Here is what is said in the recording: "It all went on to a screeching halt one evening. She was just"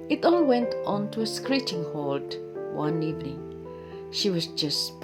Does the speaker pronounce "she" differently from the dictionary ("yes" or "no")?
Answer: no